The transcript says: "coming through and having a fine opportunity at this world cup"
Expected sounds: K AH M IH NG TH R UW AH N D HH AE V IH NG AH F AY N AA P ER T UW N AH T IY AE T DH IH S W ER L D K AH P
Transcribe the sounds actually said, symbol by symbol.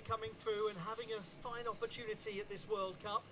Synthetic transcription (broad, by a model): K AH M IH NG TH R UW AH N HH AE V IH NG AH F AY N AA P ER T UW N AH T IY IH T DH IH S W ER L D K AH P